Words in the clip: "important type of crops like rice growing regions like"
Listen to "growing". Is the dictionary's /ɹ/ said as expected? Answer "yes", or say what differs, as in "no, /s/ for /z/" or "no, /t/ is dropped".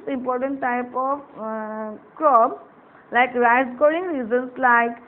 no, /ɹ/ is dropped